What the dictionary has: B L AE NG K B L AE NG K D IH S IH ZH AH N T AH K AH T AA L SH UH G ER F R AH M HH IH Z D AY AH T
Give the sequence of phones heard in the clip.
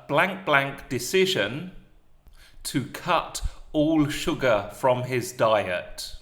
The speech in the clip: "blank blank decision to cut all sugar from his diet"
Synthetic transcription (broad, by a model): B L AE NG K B L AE NG K D IH S IH ZH AH N T AH K AH T AA L SH UH G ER F R AH M IH Z D AY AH T